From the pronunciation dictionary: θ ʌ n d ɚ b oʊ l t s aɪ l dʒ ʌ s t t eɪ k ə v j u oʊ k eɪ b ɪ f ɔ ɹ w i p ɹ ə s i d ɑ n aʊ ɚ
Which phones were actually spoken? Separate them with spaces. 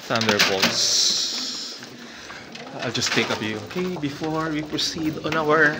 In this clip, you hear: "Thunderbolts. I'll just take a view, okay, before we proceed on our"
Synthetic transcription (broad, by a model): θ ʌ n d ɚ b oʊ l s aɪ l dʒ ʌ s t t eɪ k ə p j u oʊ k eɪ b ɪ f ɔ ɹ w i p ɹ ə s i d ɑ n aʊ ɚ